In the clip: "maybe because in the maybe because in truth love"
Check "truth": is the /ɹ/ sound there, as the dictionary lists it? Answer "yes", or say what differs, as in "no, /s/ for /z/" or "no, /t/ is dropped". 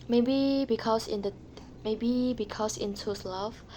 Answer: no, /ɹ/ is dropped